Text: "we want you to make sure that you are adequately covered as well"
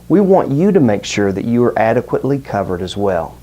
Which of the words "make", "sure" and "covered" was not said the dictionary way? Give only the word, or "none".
none